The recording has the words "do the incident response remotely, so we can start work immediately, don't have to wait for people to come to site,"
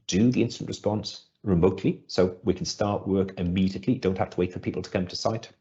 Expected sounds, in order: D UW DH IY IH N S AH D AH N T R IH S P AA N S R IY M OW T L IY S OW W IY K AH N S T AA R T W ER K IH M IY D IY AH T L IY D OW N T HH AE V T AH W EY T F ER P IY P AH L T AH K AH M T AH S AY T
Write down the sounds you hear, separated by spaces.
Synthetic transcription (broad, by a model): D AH DH IY IH N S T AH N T R IH S P AA N S R IY M OW T L IY S OW W IY K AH N S T AA R T W ER K IH M IY D IY AH T L IY D OW N T HH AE F T AH W EY T F ER P IY P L T AH K AH M T AH S AY T